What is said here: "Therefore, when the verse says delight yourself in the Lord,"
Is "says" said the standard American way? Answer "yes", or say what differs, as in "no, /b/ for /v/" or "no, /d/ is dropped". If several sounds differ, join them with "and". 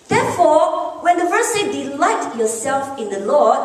no, /z/ is dropped